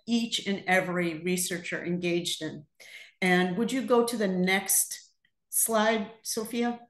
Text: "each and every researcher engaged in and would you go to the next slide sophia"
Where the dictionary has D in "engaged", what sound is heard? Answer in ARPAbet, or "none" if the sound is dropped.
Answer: D